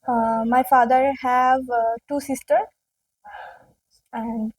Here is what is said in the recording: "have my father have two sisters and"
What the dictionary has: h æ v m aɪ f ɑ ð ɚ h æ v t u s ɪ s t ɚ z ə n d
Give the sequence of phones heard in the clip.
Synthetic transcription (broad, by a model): m aɪ f ɑ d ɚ h æ v t u s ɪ s t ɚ ə n d